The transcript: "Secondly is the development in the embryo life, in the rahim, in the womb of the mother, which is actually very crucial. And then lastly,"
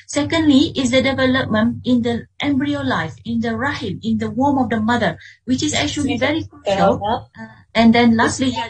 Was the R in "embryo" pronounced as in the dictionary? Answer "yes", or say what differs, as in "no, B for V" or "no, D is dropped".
yes